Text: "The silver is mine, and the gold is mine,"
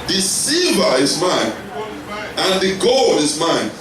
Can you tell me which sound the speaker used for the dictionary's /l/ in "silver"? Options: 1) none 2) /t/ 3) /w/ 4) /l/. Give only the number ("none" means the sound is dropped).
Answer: 1